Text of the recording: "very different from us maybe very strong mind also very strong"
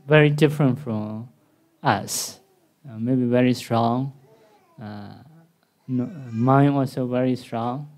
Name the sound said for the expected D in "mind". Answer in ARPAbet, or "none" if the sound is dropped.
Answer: none